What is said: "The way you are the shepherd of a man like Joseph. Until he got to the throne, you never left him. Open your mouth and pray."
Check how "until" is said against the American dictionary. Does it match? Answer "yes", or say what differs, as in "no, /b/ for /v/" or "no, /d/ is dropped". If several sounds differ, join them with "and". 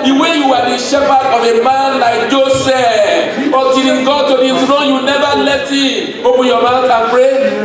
no, /n/ is dropped